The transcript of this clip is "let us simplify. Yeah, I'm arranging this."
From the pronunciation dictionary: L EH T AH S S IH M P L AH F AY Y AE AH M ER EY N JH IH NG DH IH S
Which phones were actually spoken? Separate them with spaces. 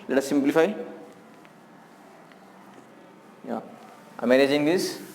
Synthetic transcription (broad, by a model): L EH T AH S S IH M P L AH F AY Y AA AH M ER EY JH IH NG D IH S